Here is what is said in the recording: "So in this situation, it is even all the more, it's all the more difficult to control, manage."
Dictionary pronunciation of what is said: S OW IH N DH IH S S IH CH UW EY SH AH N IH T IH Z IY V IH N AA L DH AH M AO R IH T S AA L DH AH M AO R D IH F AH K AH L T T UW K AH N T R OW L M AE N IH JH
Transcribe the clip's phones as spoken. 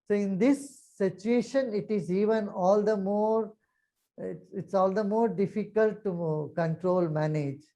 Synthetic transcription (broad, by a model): S OW IH N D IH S S IH CH UW EY SH AH N IH T IH Z IY V IH N AA L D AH M AO R IH T S AA L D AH M AO R D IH F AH K AH L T T UW K AH N T R OW L M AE N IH JH